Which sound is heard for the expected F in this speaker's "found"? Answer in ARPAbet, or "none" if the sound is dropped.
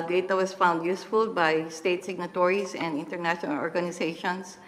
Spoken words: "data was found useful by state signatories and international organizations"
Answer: F